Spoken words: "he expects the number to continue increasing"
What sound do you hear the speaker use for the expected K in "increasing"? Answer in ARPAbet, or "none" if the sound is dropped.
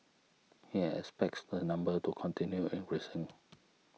none